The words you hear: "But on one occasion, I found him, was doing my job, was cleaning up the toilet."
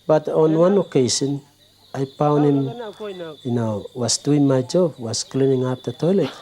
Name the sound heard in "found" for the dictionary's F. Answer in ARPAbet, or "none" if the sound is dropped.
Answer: P